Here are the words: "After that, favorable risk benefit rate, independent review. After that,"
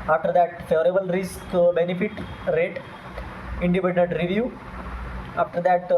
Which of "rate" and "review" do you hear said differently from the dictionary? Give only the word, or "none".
none